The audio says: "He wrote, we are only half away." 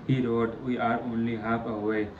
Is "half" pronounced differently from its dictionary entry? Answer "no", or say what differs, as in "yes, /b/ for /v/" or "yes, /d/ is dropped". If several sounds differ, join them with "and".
yes, /p/ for /f/